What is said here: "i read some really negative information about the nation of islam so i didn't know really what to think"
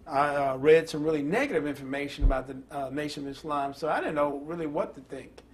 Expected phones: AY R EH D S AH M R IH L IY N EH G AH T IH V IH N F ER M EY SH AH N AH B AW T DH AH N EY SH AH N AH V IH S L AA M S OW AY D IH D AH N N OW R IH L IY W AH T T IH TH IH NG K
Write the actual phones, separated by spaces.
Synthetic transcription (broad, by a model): AY R EH D S AH M R IH L IY N EH G AH T IH V IH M F ER M EY SH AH N AH B AW T DH AH N EY SH AH N AH V IH S L AA M S OW AY D IH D N N OW R IH L IY W AH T T IH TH IH NG K